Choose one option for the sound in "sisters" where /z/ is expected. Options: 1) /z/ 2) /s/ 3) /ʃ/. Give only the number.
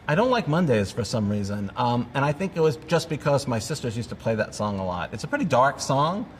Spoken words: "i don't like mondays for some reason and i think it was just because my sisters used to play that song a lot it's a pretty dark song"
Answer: 1